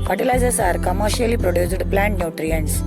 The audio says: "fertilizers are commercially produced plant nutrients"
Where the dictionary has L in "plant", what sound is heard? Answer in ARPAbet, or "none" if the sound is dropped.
L